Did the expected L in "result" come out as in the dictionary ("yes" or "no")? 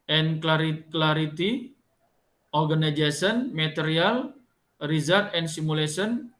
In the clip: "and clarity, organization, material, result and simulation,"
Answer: no